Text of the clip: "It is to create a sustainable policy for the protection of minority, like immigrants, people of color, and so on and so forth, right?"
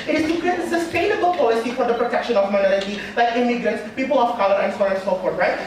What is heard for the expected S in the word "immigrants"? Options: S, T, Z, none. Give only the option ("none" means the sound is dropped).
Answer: S